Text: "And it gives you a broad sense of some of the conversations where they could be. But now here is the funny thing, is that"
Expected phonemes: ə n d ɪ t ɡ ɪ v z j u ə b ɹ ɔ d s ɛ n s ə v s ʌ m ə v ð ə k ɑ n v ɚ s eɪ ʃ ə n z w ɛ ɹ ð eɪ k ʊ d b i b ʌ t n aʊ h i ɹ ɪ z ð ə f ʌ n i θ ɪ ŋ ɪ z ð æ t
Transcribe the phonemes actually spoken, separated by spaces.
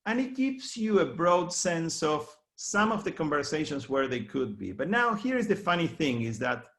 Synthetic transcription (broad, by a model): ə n ɪ t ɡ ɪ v s j u ə b ɹ ɔ d s ɛ n s ə v s ʌ m ə v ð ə k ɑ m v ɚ s eɪ ʃ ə n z w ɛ ɹ ð eɪ k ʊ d b i b ʌ t n aʊ h i ɹ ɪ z ð ə f ʌ n i θ ɪ ŋ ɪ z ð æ t